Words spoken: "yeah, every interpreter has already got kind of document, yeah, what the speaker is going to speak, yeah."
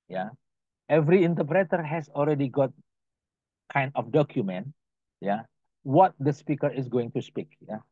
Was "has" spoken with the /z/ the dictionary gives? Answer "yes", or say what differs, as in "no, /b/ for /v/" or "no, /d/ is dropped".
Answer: no, /s/ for /z/